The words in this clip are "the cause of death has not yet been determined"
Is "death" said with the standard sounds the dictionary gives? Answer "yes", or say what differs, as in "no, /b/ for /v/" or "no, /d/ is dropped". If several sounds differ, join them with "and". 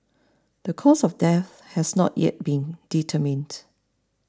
yes